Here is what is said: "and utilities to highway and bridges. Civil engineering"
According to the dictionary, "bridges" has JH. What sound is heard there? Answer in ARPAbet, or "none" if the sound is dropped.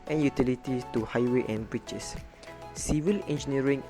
CH